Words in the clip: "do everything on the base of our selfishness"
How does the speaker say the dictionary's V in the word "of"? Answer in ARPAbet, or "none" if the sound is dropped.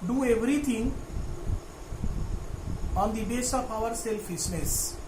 P